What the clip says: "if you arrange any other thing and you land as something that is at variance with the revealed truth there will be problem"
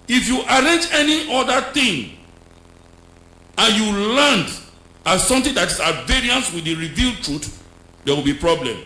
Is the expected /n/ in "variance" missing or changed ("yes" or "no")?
no